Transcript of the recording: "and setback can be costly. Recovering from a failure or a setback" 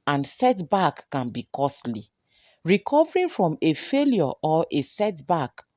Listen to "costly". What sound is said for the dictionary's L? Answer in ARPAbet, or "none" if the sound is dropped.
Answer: L